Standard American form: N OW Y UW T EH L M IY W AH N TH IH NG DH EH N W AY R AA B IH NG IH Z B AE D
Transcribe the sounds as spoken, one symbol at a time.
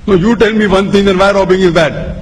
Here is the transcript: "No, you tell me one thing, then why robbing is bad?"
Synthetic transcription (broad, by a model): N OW Y UW T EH L M IY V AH N T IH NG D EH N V AY R AA B IH NG IH Z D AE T